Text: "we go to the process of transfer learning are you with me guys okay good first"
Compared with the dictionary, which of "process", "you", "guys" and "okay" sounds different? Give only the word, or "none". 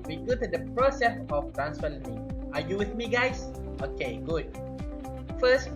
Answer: guys